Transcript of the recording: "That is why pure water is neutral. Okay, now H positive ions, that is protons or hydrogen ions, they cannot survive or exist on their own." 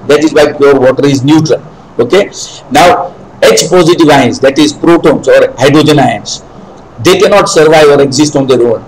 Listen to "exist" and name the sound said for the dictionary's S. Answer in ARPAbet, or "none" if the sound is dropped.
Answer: S